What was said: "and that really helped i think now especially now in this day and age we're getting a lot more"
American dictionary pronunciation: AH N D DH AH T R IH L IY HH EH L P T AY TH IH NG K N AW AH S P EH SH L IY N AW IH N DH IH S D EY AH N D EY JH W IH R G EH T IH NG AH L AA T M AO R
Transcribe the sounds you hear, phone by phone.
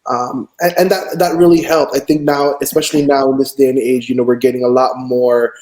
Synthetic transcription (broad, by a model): AH N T DH AH T R IH L IY HH EH L P T AY TH IH NG K N AW AH S P EH SH L IY N AW IH N DH IH S D EY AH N EY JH W IH R G EH T IH NG AH L AA T M AO R